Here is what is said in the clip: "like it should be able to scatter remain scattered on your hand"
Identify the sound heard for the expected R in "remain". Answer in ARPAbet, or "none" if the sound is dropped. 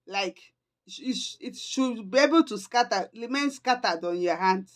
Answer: L